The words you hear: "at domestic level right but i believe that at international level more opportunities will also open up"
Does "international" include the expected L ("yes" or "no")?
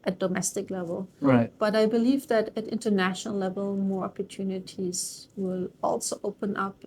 yes